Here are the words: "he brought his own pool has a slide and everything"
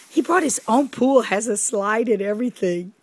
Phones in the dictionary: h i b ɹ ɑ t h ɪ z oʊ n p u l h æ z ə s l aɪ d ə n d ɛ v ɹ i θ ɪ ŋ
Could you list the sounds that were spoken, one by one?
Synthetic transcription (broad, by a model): h i b ɹ ɑ t h ɪ z oʊ n p u l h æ z ə s l aɪ d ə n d ɛ v ɹ i θ ɪ ŋ